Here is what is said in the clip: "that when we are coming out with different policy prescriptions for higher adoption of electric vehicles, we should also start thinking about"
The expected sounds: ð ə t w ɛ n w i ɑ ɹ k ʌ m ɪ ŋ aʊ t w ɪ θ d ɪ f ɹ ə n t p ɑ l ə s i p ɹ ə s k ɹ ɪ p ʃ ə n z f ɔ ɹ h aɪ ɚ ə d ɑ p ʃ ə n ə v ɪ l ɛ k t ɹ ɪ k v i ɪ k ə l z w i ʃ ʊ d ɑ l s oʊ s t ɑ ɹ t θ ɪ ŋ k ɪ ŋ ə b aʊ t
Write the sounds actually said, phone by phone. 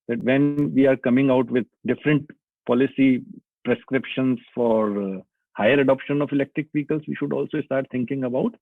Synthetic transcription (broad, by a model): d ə t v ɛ n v i ɑ ɹ k ʌ m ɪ ŋ aʊ t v ɪ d d ɪ f ɹ ə n t p ɑ l ə s i p ɹ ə s k ɹ ɪ p ʃ ə n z f ɔ ɹ h aɪ ɚ ə d ɑ p ʃ ə n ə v ɪ l ɛ k t ɹ ɪ k p i k ə l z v i ʃ ʊ d ɑ l s oʊ s t ɑ ɹ t t ɪ ŋ k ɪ ŋ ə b aʊ t